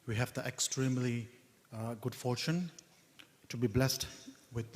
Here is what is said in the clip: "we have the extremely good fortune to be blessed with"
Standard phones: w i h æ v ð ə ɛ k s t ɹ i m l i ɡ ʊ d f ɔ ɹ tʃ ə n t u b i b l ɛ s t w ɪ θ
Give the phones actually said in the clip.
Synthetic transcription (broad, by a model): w i h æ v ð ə ɛ k s t ɹ i m l i ɡ ʊ d f ɔ ɹ tʃ ə n t u b i b l ɛ s t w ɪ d